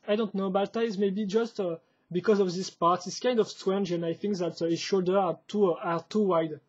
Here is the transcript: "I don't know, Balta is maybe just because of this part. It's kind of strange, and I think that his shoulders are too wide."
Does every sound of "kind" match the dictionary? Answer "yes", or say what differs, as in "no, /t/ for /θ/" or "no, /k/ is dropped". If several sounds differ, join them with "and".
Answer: yes